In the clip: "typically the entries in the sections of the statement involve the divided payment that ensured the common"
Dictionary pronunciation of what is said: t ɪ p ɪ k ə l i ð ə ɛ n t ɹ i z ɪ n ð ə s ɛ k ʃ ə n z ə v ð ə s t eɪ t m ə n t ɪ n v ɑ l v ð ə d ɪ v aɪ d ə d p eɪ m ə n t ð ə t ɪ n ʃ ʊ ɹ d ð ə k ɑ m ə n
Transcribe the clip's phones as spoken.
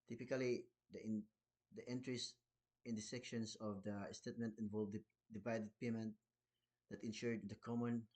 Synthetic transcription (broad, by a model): t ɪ p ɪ k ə l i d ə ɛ n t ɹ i s ɪ n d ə s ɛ k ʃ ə n s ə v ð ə s t eɪ t m ə n t ɪ n v ɑ l v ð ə d ɪ v aɪ d ə d p eɪ m ə n t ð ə t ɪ n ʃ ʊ ɹ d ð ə k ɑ m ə n